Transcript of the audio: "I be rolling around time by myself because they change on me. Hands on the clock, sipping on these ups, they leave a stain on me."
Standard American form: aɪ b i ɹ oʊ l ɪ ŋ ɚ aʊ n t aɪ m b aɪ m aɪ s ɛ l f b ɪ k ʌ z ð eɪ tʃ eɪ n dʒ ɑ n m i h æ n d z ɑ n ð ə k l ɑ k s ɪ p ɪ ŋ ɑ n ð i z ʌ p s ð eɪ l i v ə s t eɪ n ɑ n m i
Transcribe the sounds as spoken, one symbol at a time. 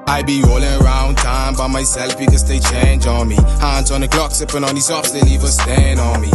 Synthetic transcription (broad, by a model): aɪ b i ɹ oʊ l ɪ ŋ ɚ aʊ n t aɪ m b aɪ m aɪ s ɛ l f b ɪ k ʌ z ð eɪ tʃ eɪ n dʒ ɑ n m i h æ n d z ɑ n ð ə k l ɑ k s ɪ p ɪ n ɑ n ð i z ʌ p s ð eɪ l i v ə s t eɪ n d n m i